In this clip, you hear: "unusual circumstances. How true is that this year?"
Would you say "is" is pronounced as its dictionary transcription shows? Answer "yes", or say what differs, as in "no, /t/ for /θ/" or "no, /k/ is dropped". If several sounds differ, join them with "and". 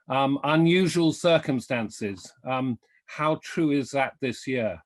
yes